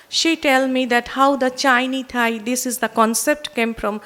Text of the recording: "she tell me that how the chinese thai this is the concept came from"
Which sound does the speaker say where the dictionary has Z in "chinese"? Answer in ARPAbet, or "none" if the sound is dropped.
none